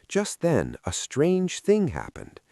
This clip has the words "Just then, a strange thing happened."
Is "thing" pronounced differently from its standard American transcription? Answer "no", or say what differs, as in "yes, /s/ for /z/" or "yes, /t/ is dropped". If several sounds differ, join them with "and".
no